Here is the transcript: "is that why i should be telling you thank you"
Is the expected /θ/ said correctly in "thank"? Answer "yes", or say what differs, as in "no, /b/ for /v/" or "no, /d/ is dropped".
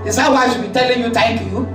no, /t/ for /θ/